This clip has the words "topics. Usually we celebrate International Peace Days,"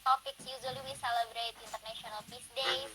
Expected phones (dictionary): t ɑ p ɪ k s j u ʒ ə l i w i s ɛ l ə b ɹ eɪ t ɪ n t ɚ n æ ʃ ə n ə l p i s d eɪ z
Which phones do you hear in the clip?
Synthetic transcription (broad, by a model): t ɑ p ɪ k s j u z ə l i w i s ɛ l ə b ɹ eɪ t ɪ n t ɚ n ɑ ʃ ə n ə l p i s d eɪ